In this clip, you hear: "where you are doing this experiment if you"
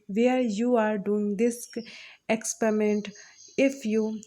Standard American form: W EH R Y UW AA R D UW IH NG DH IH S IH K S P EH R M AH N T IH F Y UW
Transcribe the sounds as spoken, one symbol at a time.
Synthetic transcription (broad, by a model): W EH R Y UW AA R D UW IH NG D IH S IH K S P EH R M AH N T IH F Y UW